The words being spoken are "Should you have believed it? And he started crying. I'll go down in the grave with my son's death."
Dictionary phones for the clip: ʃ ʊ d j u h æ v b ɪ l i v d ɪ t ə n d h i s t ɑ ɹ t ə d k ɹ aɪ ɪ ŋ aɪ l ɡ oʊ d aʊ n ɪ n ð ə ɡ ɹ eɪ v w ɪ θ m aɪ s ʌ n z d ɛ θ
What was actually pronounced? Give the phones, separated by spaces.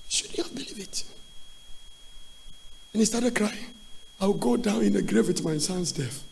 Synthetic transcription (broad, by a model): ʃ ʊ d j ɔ b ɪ l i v ɪ t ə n h i s t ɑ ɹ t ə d k ɹ aɪ ɪ ŋ aɪ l ɡ oʊ d aʊ n ɪ n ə ɡ ɹ eɪ v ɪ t m aɪ s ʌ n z d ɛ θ